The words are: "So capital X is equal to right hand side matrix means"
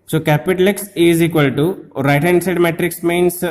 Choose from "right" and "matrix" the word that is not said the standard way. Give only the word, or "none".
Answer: none